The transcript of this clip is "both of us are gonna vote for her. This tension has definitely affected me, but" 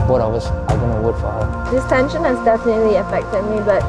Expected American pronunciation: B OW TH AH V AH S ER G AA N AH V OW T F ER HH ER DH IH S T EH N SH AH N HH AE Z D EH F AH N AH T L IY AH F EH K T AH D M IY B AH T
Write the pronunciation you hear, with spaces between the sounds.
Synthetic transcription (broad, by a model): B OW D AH W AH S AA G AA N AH W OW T F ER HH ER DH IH S T EH N SH AH N HH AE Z D EH F AH N AH T L IY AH F EH K T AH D M IY B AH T